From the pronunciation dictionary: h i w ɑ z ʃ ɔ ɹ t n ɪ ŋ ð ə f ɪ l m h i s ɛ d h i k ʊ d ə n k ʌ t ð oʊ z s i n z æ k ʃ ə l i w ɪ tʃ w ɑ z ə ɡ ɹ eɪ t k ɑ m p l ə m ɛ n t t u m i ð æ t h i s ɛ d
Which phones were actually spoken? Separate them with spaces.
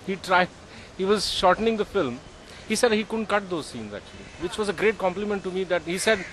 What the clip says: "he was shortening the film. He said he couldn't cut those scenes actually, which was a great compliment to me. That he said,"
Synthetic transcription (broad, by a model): h i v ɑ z ʃ ɔ ɹ t n ɪ ŋ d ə f ɪ l m h i s ɛ d h i k ʊ d ə n k ʌ t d oʊ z s i n z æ k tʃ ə l i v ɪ tʃ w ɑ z ə ɡ ɹ eɪ t k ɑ m p l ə m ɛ n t t u m i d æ t h i s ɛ d